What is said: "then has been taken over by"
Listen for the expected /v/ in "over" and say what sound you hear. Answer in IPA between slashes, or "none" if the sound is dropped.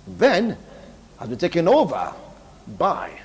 /v/